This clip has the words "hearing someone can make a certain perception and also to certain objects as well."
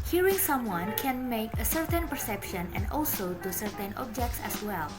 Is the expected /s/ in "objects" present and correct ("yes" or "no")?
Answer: yes